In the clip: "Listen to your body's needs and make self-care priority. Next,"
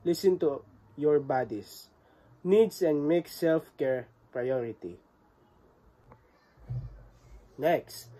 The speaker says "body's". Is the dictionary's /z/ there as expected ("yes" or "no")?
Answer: no